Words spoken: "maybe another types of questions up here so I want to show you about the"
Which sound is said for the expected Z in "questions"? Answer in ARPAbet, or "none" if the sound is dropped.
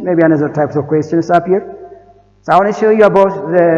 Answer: S